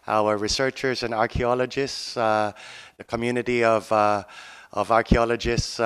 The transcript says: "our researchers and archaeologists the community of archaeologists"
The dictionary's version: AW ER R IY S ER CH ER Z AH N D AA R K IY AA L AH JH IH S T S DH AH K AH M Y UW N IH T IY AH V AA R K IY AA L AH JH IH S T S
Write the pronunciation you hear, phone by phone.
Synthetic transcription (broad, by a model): AW ER R IY S ER CH ER Z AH N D AA R K IY AA L AH JH IH S T S DH AH K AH M Y UW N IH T IY AH V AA R K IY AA L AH JH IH S T S